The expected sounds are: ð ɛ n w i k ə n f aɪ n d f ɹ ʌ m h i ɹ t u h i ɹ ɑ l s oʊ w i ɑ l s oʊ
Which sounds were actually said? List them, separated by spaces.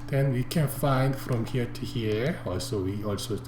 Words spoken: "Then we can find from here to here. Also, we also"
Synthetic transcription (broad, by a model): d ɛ n w i k ə n f aɪ n d f ɹ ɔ m h i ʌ t u h i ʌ ɑ l s oʊ w i ɑ l s oʊ